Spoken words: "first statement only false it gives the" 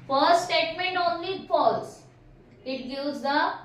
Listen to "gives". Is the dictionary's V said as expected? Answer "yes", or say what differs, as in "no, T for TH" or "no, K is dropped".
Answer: no, V is dropped